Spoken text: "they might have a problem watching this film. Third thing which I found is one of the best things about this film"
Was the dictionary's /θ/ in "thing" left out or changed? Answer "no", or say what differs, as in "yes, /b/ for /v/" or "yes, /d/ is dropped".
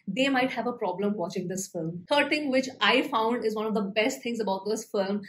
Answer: yes, /t/ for /θ/